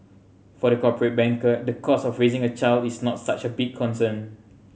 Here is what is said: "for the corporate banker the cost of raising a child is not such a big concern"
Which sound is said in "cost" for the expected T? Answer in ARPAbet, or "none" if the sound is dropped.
none